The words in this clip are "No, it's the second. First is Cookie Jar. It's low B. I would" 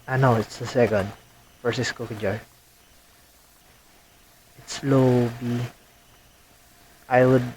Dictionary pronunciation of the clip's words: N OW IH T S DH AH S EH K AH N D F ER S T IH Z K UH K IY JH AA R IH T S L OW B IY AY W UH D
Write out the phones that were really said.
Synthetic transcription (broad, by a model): N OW IH T S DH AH S EH K AH N D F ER S IH S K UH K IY JH AA R IH T S L OW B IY AY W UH D